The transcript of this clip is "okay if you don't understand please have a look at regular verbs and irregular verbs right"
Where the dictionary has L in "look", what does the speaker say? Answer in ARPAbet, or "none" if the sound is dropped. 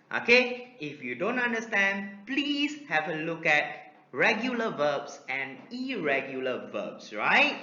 L